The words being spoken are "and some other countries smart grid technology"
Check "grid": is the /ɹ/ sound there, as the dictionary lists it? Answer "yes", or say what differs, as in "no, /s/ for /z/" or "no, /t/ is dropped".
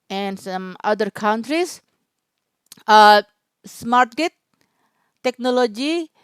no, /ɹ/ is dropped